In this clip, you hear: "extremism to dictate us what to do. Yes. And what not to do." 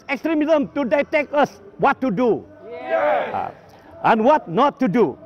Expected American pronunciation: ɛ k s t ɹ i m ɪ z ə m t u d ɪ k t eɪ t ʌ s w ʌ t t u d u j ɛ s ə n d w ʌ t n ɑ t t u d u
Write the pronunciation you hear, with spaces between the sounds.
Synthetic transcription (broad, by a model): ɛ k s t ɹ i m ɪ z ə m t u d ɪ t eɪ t ʌ s w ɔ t t u d u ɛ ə n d w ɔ t n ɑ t t u d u